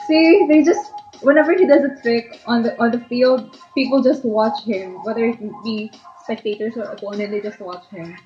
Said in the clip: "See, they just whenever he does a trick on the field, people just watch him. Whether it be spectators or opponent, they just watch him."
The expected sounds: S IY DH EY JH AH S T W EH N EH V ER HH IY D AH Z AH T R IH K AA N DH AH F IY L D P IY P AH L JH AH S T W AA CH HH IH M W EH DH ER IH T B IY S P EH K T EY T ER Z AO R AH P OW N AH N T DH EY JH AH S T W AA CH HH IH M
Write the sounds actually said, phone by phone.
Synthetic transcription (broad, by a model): S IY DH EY JH AH S T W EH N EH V ER HH IY D AH Z AH T R IH K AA N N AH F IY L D P IY P AH L JH AH S T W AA CH HH IH M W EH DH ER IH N B IY S P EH K T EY T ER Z AO R AH P OW N AH N T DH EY JH AH S T W AA CH HH IH M